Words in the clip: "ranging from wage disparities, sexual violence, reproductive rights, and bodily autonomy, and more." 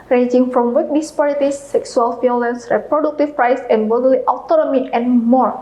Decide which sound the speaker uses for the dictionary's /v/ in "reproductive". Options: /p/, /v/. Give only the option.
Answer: /p/